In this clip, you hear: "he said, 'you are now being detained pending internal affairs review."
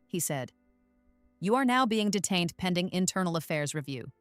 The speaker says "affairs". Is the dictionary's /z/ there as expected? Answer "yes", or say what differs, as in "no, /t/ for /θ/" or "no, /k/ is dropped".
yes